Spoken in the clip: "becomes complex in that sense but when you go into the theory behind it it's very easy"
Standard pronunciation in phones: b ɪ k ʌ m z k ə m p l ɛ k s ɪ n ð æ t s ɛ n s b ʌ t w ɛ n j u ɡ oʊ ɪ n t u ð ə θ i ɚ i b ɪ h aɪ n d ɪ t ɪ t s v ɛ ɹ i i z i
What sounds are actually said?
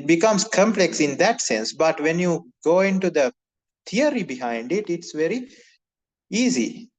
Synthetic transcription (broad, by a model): b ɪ k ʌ m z k ə m p l ɛ k s ɪ n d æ t s ɛ n s b ʌ t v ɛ n j u ɡ oʊ ɪ n t u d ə t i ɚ i b ɪ h aɪ n d ɪ t ɪ t s v ɛ ɹ i i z i